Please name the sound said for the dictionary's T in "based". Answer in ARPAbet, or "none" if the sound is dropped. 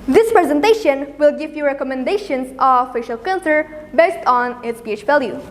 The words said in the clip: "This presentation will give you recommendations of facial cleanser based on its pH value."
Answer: T